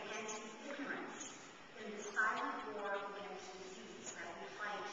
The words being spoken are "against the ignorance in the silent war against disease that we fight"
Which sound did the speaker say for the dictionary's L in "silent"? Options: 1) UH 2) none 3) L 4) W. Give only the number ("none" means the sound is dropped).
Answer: 2